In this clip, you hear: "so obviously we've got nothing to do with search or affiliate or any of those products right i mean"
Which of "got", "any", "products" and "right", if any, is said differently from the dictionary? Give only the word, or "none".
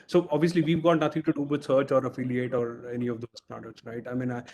products